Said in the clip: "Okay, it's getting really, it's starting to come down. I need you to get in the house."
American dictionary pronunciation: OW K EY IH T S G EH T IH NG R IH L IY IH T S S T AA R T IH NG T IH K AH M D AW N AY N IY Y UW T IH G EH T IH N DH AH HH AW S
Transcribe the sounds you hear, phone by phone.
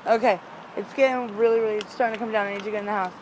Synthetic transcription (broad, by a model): OW K EY IH T S G EH T IH NG R IH L IY IH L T S T AA R T IH NG T IH K AH M D AW N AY N IY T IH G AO IH N DH AH HH AW S